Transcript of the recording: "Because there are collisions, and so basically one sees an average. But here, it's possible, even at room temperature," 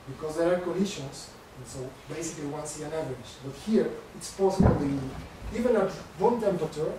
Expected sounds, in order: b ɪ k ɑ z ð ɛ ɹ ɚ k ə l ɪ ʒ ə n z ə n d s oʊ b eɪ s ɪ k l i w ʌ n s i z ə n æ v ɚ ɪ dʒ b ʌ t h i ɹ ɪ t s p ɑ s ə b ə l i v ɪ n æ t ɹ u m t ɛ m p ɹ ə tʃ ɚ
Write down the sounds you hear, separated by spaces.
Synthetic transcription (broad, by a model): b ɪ k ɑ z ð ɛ ɹ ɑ k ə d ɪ ʃ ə n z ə n s oʊ b eɪ s ɪ k l i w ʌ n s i ə n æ v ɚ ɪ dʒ b ʌ t h i ɹ ɪ t s p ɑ s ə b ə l i v ɪ n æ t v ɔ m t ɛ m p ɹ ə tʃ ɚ